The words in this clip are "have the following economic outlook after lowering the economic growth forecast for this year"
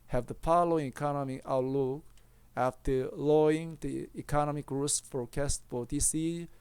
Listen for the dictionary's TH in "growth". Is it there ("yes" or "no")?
no